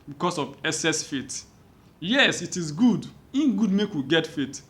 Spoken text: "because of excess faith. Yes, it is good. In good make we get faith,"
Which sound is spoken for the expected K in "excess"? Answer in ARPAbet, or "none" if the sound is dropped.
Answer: none